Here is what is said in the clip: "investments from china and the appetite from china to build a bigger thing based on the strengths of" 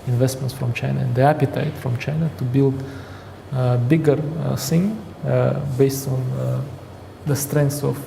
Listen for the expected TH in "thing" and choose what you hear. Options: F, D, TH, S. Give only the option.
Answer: S